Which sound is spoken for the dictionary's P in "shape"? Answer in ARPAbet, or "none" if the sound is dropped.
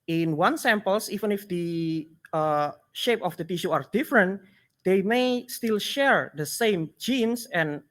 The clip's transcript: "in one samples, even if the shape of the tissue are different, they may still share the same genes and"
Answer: P